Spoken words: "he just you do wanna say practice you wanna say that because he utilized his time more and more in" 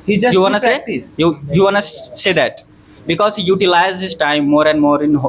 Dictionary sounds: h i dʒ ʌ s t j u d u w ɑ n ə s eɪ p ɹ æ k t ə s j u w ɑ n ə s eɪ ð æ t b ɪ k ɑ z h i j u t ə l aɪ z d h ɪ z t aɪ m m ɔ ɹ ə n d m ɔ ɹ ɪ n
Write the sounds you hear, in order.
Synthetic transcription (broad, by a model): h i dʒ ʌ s j u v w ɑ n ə s eɪ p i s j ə j u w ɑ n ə s eɪ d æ t b ɪ k ɑ z h i j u t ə l aɪ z h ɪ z t aɪ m m ɔ ɹ ə n d m ɔ ɹ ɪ n